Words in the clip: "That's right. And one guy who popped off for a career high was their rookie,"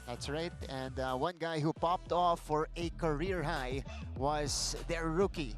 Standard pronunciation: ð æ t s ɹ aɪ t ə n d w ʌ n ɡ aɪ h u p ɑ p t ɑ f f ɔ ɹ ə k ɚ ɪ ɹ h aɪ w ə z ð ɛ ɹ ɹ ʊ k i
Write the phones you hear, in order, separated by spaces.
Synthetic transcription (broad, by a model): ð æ t s ɹ aɪ t ə n d w ʌ n ɡ aɪ h u p ɑ p t ɑ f f ɔ ɹ ə k ɚ ɪ ɹ h aɪ w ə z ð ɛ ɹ ɹ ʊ k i